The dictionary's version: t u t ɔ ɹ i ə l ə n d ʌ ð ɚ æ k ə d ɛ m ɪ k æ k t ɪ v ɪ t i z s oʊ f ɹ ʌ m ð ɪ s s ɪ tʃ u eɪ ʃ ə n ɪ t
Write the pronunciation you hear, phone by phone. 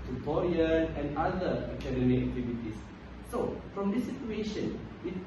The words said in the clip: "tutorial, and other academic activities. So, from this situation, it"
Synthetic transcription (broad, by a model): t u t ɔ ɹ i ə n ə n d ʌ ɚ k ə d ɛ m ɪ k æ k t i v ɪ t i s s oʊ f ɹ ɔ m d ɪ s s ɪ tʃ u eɪ ʃ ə n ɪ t